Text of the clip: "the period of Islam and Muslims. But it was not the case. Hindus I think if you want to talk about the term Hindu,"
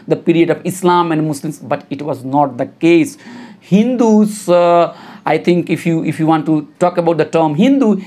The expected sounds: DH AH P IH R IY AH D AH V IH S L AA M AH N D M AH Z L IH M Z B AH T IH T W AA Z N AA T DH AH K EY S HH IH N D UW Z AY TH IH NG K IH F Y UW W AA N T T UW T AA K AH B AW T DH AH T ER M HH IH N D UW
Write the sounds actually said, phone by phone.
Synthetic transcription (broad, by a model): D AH P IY R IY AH D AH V IH S L AA M AH N D M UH S L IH M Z B AH T IH T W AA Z N AA T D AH K EY S HH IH N D UW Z AY T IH NG K IH F Y UW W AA N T T UW T AA K AH B AW T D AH T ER M HH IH N D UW